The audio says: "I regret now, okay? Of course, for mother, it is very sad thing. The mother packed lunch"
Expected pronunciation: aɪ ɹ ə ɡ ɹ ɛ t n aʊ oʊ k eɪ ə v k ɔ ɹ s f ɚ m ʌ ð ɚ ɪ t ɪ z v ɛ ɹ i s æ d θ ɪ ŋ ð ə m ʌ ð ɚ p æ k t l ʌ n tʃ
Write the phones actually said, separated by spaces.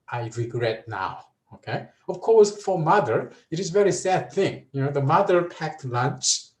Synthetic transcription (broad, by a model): aɪ ɹ ə ɡ ɹ ɛ t n aʊ oʊ k eɪ ə v k ɔ ɹ s f ɚ m ʌ ð ɚ ɪ t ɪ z v ɛ ɹ i s æ d θ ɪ ŋ ð ə m ʌ ð ɚ p æ k t l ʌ n tʃ